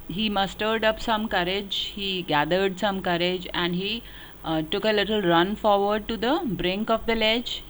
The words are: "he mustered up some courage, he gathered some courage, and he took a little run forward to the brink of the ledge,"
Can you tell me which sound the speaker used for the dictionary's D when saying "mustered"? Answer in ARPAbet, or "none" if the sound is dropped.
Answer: D